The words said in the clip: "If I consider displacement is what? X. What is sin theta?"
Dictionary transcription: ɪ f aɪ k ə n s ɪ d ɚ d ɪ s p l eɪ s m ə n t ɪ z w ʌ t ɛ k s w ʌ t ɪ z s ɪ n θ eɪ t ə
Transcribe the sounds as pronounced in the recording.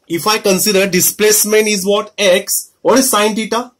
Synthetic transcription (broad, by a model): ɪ f aɪ k ə n s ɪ d ɚ d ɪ s p l eɪ s m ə n ɪ z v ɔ t ɛ k s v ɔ t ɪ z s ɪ n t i t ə